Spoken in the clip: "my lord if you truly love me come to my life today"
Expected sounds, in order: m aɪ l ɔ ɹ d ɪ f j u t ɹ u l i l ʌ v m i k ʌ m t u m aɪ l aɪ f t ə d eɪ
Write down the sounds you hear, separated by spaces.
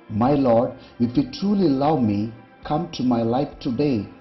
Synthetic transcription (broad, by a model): m aɪ l ɔ ɹ d ɪ f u t ɹ u l i l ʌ w m i k ʌ m t u m aɪ l aɪ f t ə d eɪ